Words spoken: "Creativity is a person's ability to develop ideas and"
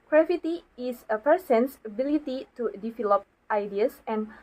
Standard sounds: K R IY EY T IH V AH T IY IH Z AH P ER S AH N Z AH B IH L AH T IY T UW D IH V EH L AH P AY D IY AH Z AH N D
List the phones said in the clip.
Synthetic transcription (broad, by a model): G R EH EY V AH T IY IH S AH P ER S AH N S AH B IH L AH T IY T UW D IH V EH L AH P AY D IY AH S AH N